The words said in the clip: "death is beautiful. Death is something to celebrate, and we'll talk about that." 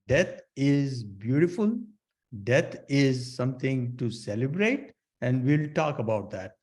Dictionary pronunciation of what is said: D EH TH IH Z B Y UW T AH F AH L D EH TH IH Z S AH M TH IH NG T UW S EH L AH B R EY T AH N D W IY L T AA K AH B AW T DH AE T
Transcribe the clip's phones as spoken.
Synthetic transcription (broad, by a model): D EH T IH Z B Y UW T AH F AH L D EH T IH Z S AH M T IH NG T UW S EH L AH B R EY T AH N D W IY L T AA K AH B AW T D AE T